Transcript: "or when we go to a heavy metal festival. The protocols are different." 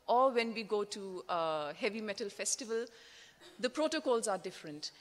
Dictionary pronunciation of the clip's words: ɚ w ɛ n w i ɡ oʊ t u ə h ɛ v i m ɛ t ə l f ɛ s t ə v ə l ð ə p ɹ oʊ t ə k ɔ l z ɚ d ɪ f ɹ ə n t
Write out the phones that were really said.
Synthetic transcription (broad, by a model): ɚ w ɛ n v i ɡ oʊ t u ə h ɛ v i m ɛ t ə l f ɛ s t ə v ə l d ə p ɹ oʊ t ə k ɔ l z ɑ d ɪ f ɹ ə n t